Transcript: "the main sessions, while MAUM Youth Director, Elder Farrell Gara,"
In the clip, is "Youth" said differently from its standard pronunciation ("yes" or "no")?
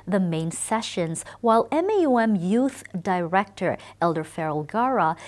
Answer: no